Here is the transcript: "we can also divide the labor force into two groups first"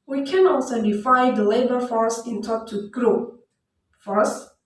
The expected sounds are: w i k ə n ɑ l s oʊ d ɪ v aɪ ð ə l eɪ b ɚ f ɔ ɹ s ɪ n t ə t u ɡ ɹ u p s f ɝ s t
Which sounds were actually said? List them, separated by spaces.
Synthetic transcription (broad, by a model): w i k ə n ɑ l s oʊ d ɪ f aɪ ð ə l eɪ b ɚ f ɔ ɹ s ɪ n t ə t u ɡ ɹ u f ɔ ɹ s